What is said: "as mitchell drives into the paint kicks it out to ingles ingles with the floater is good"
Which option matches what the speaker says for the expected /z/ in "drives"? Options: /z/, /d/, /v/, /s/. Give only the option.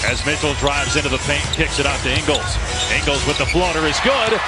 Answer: /z/